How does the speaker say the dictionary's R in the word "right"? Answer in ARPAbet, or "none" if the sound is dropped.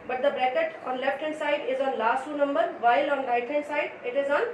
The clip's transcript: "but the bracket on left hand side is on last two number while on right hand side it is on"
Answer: L